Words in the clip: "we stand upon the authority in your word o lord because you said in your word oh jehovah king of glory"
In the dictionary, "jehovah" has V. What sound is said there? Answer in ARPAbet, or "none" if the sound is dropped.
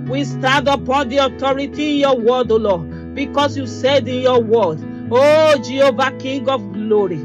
V